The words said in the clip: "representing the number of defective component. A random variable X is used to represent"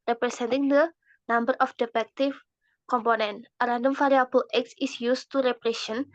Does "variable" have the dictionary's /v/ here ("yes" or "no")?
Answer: no